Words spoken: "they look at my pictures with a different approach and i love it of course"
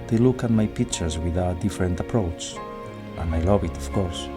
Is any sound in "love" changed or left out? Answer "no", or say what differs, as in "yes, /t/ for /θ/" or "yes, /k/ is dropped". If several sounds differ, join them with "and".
yes, /b/ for /v/